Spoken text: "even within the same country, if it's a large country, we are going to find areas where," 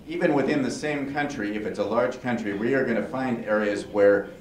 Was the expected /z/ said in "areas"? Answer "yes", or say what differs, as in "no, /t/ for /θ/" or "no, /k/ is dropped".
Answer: yes